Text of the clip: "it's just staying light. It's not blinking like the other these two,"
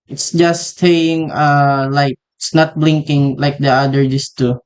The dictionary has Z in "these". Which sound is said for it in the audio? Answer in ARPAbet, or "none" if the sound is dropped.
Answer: S